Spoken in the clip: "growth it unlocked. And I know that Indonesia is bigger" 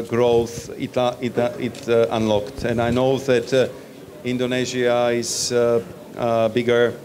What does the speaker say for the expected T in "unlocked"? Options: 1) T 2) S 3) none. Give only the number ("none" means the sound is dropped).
1